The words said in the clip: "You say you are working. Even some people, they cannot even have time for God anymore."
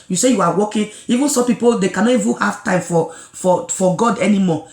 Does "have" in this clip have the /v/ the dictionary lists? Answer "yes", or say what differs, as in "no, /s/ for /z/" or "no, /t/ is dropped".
no, /f/ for /v/